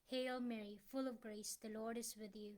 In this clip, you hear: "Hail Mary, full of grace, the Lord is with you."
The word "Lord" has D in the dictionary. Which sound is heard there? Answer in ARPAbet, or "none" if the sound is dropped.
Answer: D